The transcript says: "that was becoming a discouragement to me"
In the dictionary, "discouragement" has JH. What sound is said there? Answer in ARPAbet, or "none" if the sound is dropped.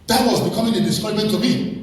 none